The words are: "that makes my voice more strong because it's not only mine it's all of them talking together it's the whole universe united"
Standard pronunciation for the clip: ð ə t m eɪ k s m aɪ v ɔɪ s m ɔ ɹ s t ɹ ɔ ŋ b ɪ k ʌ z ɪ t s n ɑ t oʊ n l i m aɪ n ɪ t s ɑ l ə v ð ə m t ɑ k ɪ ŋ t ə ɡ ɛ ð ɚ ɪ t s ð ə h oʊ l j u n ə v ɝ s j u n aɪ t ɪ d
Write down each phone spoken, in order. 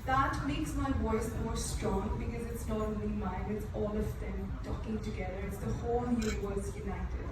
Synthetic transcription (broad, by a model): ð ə t m eɪ k s m aɪ w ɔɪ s m ɔ ɹ s t ɹ ɔ ŋ b ɪ k ʌ z ɪ t s n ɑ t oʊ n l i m aɪ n ɪ t s ɑ l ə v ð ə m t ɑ k ɪ ŋ t ə ɡ ɛ ð ɚ ɪ t s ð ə h oʊ l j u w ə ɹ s j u n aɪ t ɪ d